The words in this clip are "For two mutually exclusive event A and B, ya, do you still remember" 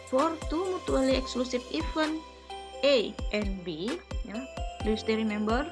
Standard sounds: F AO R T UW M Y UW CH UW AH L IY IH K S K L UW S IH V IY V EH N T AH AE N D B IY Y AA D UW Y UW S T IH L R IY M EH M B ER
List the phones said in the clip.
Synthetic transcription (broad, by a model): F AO R T UW M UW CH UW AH L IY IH K S K L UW S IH F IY F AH N T AH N B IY Y AA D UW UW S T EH R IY M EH M B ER